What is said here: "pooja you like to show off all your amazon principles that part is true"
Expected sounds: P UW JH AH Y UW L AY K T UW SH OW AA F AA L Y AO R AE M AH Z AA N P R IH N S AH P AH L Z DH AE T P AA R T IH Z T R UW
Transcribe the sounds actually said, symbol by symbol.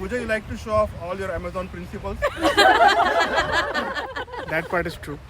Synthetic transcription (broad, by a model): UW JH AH Y UW L AY K T UW SH OW AA F AA L Y AO R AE M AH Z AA N P R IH N S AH P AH L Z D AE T P AA R T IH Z T R UW